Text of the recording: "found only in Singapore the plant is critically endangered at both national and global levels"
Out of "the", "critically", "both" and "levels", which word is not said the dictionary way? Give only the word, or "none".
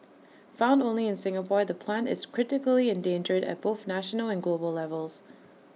none